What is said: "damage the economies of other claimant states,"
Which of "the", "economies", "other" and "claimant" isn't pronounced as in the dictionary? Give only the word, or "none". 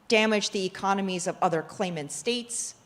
none